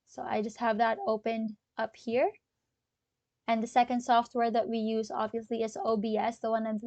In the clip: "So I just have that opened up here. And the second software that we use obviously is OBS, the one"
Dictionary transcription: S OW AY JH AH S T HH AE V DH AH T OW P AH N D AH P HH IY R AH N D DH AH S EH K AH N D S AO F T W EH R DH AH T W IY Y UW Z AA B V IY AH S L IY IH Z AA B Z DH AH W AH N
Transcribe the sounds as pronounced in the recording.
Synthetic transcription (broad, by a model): S OW AY JH AH S T HH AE V DH AH T OW P AH N D AH P HH IY R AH N DH AH S EH K AH N D S AO F T W EH R DH AH T W IY Y UW Z AA B V IY AH S L IY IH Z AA B S DH AH W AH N